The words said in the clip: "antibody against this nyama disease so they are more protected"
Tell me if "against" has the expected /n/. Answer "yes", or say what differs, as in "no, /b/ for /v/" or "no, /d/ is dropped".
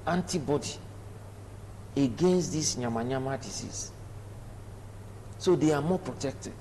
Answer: yes